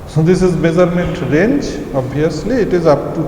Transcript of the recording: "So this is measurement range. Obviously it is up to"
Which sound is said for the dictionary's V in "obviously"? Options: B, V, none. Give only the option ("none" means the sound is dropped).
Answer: none